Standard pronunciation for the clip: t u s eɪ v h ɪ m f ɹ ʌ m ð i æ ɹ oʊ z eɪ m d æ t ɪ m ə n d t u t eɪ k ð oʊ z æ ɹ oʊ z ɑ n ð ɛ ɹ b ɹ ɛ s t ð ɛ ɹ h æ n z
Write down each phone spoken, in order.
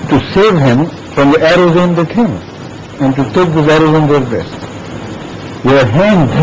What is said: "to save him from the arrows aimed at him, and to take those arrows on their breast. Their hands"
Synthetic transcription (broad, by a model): t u s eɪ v h ɪ m f ɹ ʌ m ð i æ ɹ oʊ z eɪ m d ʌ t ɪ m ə n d t u t eɪ k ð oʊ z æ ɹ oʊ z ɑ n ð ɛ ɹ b ɛ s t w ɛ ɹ h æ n